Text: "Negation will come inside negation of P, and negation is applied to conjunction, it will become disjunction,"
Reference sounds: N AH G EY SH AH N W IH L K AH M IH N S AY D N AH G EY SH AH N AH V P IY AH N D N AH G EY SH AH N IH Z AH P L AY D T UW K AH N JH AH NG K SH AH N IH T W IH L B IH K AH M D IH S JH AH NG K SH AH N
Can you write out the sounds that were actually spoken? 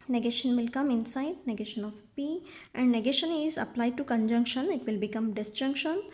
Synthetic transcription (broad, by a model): N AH G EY SH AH N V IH L K AH M IH N S AY D N AH G EY SH AH N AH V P IY AH N D N AH G EY SH AH N IH Z AH P L AY D T UW K AH N JH AH NG K SH AH N IH T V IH L B IH K AH M D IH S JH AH NG K SH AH N